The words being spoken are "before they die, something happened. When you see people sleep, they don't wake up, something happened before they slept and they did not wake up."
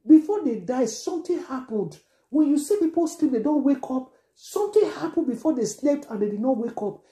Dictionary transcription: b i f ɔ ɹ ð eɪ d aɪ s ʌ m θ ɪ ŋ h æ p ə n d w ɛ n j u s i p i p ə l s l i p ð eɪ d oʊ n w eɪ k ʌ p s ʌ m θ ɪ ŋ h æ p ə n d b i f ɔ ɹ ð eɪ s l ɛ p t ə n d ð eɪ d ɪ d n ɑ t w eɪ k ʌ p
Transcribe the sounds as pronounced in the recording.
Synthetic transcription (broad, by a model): b i f ɔ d eɪ d aɪ s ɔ m t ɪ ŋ h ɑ p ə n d w ɛ n j u s i p i p ə l s l i p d eɪ d oʊ n w eɪ k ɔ p s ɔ m t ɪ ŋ h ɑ p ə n b i f ɔ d eɪ s l ɛ p t ə n d eɪ d ɪ d n ɑ t w eɪ k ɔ p